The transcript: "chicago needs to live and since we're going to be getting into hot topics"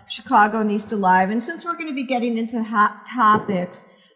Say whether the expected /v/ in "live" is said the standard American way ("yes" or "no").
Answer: yes